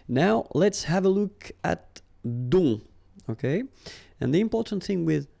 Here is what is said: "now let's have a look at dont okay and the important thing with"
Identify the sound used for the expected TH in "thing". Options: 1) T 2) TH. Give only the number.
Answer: 2